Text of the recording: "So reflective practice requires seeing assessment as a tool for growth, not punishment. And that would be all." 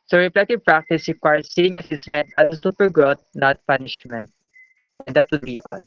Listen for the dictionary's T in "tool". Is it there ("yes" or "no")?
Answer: no